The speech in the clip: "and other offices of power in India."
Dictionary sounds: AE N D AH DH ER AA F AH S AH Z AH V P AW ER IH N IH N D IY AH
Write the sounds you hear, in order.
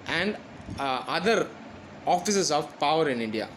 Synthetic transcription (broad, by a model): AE N D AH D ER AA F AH S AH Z AH V P AW ER IH N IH N D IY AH